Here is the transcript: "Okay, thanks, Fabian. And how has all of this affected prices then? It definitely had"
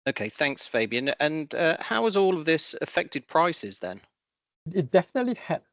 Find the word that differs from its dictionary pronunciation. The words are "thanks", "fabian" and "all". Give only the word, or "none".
none